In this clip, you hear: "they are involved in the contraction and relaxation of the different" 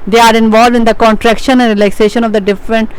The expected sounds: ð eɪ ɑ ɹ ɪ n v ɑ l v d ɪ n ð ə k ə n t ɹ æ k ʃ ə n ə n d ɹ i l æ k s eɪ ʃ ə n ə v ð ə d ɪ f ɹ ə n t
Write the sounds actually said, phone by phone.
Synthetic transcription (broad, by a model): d eɪ ɑ ɹ ɪ n v ɑ l v d ɪ n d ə k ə n t ɹ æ k ʃ ə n ə n d ɹ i l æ k s eɪ ʃ ə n ə v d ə d ɪ f ɹ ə n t